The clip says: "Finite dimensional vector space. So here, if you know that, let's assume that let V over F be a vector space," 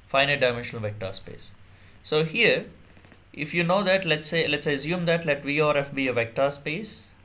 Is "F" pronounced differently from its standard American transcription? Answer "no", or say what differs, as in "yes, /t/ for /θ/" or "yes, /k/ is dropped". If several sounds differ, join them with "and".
no